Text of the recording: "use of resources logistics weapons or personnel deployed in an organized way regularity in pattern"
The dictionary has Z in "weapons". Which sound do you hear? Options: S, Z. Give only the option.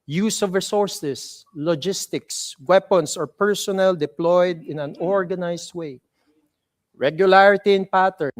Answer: S